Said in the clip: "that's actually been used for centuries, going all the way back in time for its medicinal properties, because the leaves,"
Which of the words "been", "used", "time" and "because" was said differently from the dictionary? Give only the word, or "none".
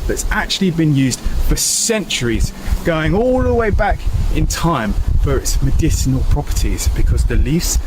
none